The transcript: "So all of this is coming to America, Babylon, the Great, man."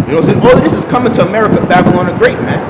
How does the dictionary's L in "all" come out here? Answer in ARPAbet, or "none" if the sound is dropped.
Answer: W